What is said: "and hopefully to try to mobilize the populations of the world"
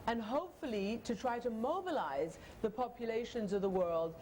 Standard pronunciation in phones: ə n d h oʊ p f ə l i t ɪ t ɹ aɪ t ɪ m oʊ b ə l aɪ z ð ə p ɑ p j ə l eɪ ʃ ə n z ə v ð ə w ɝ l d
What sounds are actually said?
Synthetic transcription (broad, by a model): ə n h oʊ p f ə l i t ɪ t ɹ aɪ t ɪ m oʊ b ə l aɪ z ð ə p ɑ p j ə l eɪ ʃ ə n z ə v ð ə w ɝ l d